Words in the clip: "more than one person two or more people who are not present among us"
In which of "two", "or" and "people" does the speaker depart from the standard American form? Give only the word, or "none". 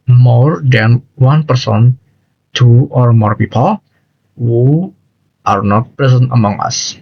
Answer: none